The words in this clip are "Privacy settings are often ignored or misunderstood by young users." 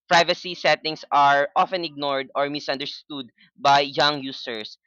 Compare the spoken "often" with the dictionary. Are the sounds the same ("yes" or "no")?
yes